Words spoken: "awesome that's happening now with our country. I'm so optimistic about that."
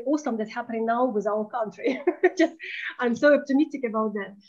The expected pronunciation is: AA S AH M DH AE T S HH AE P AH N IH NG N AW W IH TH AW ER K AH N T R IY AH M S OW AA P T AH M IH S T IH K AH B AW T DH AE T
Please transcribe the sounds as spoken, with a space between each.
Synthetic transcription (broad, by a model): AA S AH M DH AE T HH AE P AH N IH NG N AW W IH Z AW ER K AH N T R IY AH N S OW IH F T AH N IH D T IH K AH B AW T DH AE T